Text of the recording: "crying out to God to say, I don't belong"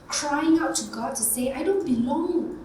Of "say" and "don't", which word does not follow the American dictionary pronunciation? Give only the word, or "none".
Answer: none